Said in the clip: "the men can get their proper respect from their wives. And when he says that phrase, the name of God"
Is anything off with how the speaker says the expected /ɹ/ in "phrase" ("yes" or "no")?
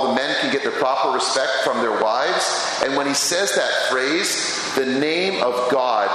no